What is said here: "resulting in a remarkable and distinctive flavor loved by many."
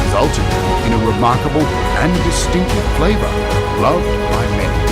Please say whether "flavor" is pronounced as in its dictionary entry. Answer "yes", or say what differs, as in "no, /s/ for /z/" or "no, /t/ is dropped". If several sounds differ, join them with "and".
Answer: yes